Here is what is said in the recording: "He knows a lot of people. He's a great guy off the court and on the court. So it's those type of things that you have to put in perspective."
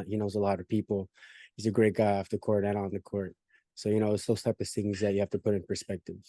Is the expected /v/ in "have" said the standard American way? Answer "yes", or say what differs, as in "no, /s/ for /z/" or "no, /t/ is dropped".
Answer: no, /f/ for /v/